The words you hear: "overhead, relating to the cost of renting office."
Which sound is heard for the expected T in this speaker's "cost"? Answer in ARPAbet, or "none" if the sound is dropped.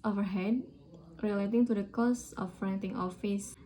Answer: none